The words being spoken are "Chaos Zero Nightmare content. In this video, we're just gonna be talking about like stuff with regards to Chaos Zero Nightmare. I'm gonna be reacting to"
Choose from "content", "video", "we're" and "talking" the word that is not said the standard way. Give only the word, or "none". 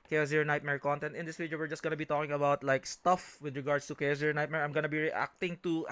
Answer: video